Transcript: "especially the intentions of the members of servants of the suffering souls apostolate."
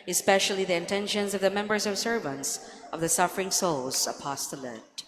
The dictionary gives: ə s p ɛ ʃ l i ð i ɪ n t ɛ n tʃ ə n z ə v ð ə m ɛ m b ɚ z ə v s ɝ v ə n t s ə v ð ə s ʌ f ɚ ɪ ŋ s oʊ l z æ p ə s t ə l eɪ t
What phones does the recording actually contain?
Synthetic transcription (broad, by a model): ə s p ɛ ʃ l i ð i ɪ n t ɛ n ʃ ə n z ə v ð ə m ɛ m b ɚ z ə v s ɝ v ə n t s ə v ð ə s ʌ f ɚ ɪ ŋ s oʊ l z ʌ p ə s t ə l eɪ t